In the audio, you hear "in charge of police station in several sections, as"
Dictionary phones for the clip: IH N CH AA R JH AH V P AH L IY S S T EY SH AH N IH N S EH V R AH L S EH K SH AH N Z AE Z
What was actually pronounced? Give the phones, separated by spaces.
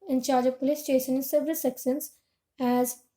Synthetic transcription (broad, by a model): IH N CH AA R JH AH V P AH L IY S S T EY SH AH N IH N S EH V R AH L S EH K S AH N S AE Z